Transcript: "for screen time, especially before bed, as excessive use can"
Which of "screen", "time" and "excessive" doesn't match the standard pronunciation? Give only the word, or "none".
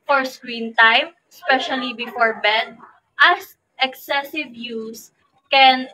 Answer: none